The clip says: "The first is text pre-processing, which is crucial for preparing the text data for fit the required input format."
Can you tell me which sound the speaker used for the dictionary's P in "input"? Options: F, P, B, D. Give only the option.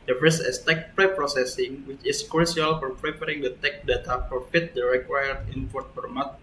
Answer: F